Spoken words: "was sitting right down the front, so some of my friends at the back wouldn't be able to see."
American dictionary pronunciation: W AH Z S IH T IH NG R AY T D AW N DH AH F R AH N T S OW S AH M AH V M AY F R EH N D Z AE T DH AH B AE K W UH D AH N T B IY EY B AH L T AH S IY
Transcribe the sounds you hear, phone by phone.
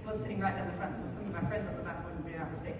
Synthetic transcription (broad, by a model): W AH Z S IH T IH NG R AY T D AW N DH AH F R AH N T S OW S AH M AH V M AY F R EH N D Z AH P DH AH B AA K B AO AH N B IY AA AH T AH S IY